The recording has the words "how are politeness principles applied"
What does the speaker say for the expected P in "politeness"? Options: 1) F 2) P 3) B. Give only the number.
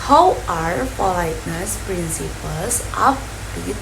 1